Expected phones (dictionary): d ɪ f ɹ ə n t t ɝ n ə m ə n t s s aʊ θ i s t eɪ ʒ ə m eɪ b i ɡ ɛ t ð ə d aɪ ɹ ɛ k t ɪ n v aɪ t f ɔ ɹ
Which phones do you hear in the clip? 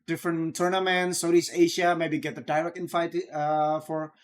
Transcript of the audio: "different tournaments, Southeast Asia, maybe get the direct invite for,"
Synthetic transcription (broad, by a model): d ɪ f ɹ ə n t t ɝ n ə m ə n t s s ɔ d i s eɪ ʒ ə m eɪ b i ɡ ɛ t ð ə d aɪ l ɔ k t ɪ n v aɪ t f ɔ ɹ